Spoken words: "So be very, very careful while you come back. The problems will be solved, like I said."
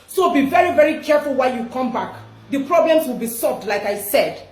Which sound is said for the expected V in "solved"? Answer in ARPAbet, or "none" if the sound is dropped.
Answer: V